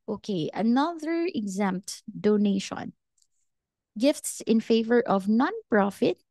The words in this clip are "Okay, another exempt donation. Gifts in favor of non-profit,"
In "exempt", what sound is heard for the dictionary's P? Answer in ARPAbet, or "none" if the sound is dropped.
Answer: P